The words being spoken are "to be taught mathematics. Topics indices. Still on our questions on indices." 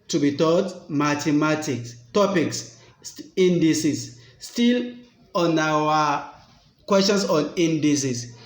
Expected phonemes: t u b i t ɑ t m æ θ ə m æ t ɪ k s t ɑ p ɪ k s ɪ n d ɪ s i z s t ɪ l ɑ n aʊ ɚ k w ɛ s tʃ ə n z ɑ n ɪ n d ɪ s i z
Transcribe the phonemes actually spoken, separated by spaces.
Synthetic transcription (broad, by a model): t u b i t ɑ t m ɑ t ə m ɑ t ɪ k s t ɑ p ɪ k s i n d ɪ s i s t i l ɑ n aʊ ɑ k w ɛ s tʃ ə n s ɑ n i n d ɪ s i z